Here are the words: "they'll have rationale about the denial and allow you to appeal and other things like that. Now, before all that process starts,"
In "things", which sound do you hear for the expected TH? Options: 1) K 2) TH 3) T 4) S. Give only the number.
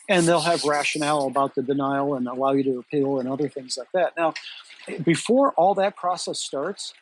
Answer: 2